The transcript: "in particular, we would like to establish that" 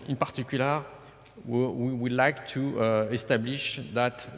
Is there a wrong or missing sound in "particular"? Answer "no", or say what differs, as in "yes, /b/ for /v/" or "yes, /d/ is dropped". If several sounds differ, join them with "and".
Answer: yes, /w/ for /l/